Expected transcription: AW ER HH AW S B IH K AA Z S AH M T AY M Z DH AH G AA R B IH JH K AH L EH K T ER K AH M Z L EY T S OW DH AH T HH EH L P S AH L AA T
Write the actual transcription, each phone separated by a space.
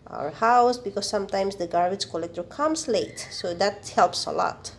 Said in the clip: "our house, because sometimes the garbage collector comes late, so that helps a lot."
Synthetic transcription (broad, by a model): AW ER HH AW S B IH K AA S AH M T AY M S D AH G AA R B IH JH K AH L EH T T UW K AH M S L EY T S OW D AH T HH EH L P S AH L AA T